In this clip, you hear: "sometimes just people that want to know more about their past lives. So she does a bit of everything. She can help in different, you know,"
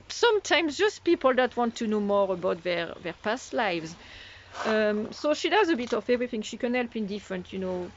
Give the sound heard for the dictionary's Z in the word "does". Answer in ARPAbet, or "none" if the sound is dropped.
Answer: Z